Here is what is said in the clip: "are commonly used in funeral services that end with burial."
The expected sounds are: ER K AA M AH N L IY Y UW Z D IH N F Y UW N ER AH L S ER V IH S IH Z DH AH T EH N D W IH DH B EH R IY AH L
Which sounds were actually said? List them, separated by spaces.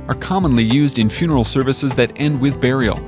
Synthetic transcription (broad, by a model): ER K AA M AH N L IY Y UW Z D IH N F Y UW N ER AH L S ER V IH S IH Z DH AH T EH N D W IH DH B EH R IY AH L